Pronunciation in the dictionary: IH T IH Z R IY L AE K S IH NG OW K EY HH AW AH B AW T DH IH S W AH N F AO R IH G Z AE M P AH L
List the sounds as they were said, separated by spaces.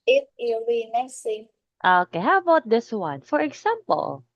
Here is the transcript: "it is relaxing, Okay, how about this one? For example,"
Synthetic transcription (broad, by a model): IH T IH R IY N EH S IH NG OW K EY HH AW AH B AW T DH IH S W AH N F AO R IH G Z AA M P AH L